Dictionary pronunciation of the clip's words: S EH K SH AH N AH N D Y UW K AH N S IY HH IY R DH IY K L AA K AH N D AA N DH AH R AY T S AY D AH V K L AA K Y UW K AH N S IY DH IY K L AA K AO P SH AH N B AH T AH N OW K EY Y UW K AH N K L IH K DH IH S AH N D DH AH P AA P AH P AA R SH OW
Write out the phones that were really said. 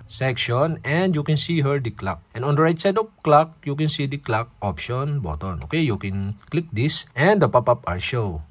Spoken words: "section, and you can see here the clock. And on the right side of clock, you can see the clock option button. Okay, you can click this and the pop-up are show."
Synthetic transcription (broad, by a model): S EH K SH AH N AH N D Y UW K AH N S IY HH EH R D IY K L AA K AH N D AA N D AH R AY T S AY D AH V K L AA K Y UW K AH N S IY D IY K L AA K AO P SH AH N B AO T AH N OW K EY Y UW K AH N K L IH K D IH S AH N D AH P AA P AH P AA R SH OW